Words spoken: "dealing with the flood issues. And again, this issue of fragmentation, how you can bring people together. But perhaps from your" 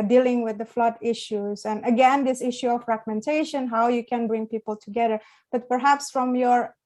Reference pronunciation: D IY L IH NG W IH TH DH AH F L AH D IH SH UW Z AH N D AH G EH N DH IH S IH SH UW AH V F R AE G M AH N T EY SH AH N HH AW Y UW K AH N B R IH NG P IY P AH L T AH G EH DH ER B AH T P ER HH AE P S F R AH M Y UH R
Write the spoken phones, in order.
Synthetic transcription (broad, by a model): D IY L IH NG W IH DH AH F L AH D IH SH UW Z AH N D AH G EH N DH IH S IH SH UW AH V F R AE G M AH N T EY SH AH N HH AW Y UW K AH N B R IH NG P IY P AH L T AH G EH DH ER B AH T P ER HH AE P S F R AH M Y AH R